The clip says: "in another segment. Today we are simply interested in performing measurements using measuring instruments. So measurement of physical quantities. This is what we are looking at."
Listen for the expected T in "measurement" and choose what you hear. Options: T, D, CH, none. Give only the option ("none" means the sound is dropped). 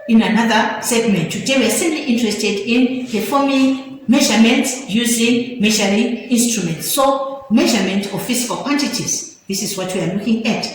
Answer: T